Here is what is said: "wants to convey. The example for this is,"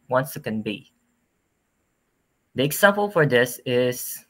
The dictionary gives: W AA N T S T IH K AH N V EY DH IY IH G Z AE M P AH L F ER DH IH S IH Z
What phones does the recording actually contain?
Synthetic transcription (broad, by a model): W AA N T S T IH K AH N B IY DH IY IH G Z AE M P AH L F ER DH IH S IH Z